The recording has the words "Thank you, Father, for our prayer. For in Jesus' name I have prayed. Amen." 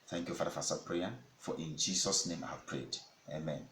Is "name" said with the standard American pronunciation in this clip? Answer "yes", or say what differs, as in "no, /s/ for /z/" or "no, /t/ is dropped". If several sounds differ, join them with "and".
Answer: yes